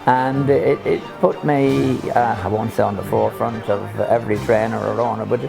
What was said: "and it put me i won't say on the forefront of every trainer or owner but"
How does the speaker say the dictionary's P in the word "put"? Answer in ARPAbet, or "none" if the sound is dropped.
P